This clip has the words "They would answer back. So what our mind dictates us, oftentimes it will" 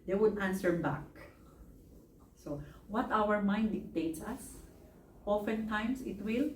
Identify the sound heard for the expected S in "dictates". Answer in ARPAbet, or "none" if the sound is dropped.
S